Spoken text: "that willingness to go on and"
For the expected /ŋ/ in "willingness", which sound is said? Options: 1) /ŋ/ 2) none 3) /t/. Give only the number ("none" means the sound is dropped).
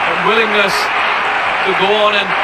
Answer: 1